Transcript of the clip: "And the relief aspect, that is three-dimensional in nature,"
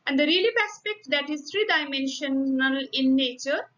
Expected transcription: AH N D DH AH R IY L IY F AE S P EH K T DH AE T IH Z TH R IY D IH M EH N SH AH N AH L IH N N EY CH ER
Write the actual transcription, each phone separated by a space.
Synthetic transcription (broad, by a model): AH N D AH R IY L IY P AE S P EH K T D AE T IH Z T R IY D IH M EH N SH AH N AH L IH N N EY CH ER